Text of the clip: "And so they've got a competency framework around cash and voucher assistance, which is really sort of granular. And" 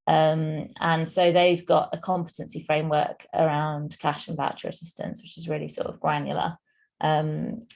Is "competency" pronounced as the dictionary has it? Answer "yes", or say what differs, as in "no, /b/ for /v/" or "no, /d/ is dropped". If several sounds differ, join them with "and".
yes